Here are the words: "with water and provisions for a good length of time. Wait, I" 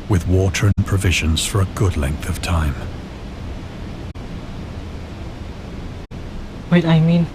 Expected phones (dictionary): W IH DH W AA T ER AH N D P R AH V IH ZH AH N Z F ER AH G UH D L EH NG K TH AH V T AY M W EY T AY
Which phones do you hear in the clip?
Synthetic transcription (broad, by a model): W IH DH W AA T ER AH N P R AH V IH ZH AH N Z F ER AH G UH D L EH NG K TH AH V T AY M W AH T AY